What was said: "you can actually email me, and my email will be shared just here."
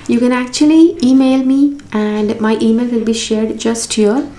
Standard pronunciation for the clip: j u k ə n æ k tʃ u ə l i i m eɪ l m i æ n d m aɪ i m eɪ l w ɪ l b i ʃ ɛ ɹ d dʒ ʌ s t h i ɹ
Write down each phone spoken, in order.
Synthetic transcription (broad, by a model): j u k ə n æ k tʃ u ə l i i m eɪ l m i æ n d m aɪ i m eɪ l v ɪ l b i ʃ ɛ ɹ d dʒ ʌ s t h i ɹ